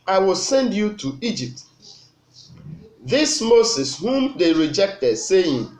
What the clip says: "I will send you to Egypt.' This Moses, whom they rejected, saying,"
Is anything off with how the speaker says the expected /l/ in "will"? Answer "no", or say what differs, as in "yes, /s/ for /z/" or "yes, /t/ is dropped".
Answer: no